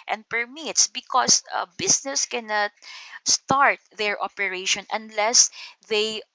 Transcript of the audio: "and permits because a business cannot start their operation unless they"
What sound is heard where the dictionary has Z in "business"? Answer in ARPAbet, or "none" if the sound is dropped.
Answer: S